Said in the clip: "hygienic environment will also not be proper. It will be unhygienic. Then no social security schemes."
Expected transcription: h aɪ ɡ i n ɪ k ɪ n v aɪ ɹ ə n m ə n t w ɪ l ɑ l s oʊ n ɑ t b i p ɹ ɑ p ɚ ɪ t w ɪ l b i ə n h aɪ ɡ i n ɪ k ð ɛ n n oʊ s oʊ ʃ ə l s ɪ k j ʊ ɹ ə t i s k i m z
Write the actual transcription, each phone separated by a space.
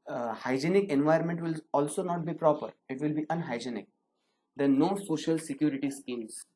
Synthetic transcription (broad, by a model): h aɪ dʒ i n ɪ k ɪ n v aɪ ə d m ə n t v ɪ l ɑ l s oʊ n ɑ t b i p ɹ ɑ p ɚ ɪ t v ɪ l b i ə n h aɪ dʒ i n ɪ k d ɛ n n oʊ s oʊ ʃ ə l s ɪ k j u ɹ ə t i s k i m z